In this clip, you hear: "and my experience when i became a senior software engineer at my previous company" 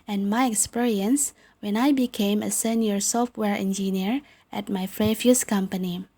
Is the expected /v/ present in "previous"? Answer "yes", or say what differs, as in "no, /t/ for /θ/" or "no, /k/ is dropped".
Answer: no, /f/ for /v/